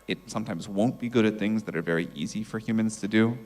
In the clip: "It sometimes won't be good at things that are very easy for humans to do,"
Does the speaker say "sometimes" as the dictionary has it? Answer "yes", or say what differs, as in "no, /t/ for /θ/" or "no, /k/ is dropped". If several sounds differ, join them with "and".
yes